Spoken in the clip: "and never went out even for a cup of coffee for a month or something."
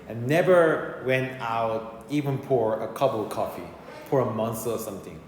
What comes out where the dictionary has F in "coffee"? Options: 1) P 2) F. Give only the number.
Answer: 2